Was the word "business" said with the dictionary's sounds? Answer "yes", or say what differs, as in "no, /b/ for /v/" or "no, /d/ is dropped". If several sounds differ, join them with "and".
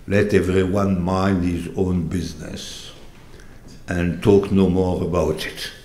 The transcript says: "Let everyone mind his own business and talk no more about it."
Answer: yes